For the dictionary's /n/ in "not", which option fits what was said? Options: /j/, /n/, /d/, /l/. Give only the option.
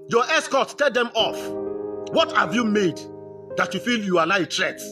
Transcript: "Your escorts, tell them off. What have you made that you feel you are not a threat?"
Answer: /l/